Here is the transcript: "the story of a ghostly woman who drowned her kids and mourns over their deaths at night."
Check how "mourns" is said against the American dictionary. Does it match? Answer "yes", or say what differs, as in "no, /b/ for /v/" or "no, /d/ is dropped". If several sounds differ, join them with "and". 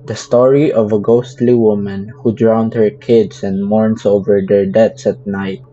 no, /s/ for /z/